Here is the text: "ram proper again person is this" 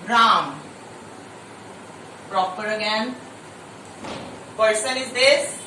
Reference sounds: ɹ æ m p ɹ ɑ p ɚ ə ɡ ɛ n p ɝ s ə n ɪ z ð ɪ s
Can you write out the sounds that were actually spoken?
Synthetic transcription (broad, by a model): ɹ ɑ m p ɹ ɑ p ɚ ə ɡ ɛ n p ɝ s ə n ɪ z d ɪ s